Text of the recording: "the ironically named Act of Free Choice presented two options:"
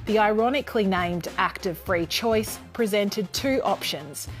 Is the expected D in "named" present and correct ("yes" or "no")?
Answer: yes